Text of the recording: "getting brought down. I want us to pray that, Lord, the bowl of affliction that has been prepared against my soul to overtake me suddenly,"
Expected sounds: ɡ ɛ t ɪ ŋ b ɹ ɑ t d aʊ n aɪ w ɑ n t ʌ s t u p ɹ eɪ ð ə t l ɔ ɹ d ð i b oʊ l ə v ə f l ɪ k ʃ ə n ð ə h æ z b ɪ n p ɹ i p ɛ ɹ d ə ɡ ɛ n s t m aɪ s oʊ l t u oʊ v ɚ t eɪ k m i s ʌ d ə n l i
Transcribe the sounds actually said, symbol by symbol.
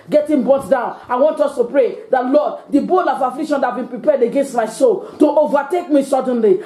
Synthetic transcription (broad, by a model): ɡ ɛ t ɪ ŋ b ɑ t d aʊ n aɪ w ɑ n t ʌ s t u p ɹ eɪ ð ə t l ɔ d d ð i b oʊ l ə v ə f l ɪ k ʃ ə n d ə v b ɪ n p ɹ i p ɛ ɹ d ə ɡ ɛ n s t m aɪ s oʊ l t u oʊ v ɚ t eɪ k m i s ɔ d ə n l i